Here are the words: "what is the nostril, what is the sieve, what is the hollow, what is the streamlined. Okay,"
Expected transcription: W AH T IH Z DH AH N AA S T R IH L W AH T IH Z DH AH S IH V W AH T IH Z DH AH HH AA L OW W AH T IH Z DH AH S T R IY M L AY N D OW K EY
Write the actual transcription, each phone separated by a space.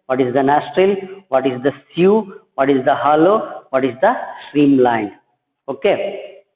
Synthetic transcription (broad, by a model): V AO T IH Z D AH N AA S T R IH L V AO T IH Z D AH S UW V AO T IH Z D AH HH AA L OW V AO T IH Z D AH S T R IY M L AY N D OW K EY